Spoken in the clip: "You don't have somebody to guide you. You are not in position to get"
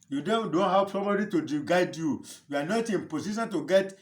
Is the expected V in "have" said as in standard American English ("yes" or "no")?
no